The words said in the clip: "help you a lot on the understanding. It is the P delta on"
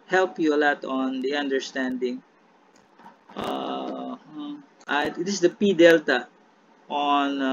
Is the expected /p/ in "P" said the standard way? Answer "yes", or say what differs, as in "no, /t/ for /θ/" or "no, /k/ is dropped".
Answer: yes